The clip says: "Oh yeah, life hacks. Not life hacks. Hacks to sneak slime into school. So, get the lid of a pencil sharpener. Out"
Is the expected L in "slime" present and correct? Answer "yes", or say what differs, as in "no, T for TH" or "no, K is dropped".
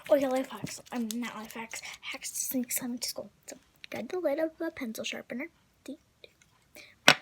no, L is dropped